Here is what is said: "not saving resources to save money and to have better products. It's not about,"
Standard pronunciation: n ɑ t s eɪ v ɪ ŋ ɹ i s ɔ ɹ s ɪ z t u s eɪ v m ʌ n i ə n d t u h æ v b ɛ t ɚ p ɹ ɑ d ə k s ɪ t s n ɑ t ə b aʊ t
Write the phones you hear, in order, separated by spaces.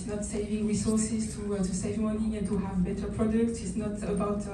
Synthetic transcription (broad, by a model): n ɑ t s eɪ v ɪ ŋ ɹ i s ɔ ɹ s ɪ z t u s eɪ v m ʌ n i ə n t u h æ v b ɛ t ɚ p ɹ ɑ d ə k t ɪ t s n ɑ t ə b aʊ t